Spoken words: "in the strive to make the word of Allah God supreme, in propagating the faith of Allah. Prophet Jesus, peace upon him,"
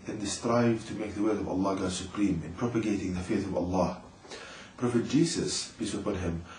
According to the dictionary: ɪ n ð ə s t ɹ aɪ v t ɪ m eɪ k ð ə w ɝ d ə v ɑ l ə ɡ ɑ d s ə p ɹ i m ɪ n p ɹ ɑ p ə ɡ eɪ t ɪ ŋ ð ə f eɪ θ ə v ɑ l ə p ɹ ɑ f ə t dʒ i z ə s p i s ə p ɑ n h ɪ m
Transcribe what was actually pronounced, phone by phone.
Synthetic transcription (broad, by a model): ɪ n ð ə s t ɹ aɪ v t ɪ m eɪ k ð ə w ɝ ə v ɑ l ə ɡ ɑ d s ə p ɹ i m ɪ n p ɹ ɑ p ə ɡ eɪ t ɪ ŋ ð ə f eɪ θ ə v ɑ l ə p ɹ ɑ f ə t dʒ i s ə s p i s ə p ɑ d h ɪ m